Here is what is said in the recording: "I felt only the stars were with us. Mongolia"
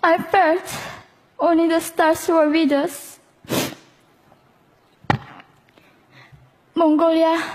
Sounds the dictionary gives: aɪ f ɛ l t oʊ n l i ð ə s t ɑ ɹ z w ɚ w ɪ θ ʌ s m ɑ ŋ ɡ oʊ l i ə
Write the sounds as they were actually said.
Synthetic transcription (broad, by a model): aɪ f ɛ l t oʊ n l i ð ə s t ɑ ɹ s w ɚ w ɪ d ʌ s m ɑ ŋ ɡ oʊ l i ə